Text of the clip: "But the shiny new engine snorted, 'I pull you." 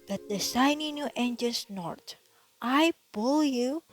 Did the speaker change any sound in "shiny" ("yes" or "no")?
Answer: yes